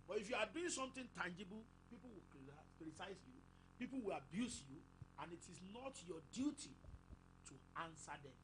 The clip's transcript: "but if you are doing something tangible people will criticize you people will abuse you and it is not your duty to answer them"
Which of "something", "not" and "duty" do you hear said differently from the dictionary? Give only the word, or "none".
something